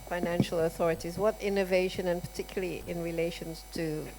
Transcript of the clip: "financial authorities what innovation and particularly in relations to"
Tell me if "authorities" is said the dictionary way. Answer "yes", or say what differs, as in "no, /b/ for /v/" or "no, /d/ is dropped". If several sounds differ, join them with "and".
yes